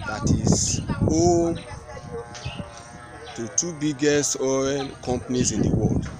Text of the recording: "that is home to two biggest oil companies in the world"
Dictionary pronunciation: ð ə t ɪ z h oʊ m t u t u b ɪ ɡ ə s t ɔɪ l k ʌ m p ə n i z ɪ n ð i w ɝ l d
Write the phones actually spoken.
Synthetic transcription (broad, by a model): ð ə t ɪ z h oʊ t u t u b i ɡ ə s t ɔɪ n k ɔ m p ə n i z ɪ n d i w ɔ l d